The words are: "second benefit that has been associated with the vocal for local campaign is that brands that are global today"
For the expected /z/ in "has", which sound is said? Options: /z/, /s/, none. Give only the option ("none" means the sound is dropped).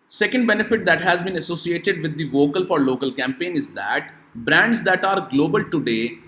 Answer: /z/